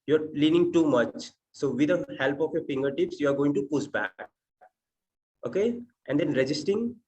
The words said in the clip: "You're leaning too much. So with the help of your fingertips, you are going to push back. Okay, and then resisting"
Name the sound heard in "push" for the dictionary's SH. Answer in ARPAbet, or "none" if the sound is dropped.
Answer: S